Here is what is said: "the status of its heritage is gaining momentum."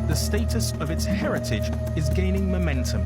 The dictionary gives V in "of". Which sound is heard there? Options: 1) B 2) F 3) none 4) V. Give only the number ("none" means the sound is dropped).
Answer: 4